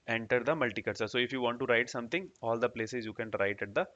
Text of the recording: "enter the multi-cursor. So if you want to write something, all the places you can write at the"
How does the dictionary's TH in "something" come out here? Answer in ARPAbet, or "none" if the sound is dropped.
T